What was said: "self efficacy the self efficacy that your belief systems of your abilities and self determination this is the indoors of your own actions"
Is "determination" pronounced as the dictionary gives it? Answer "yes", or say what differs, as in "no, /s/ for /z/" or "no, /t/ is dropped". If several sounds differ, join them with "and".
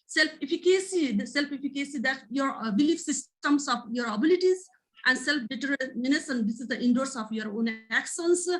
no, /s/ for /ʃ/